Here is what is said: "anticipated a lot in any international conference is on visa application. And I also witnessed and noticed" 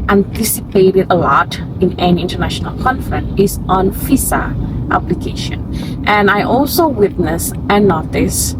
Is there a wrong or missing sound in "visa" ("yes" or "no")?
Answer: yes